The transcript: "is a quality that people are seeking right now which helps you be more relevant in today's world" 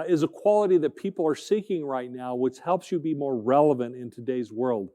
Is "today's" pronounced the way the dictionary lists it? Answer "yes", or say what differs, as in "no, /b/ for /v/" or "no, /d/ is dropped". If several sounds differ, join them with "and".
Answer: yes